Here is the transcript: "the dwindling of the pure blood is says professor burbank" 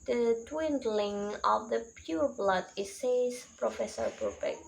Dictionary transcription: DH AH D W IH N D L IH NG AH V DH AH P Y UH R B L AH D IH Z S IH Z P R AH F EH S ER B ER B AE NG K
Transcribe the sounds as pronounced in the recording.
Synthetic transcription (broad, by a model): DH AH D W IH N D L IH NG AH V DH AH P Y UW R B L AH D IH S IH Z P R AH F EH S ER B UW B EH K